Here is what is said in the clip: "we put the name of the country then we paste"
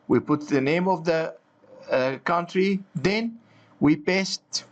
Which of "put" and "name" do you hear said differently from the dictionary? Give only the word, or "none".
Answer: none